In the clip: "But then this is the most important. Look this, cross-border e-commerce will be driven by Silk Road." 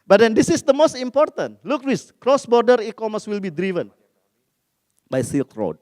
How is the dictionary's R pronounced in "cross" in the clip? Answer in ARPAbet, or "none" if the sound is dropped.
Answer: R